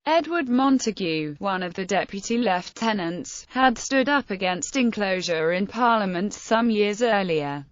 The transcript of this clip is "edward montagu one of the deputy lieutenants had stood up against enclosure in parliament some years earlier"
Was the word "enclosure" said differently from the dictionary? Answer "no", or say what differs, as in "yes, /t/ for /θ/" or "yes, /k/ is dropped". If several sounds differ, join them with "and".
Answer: no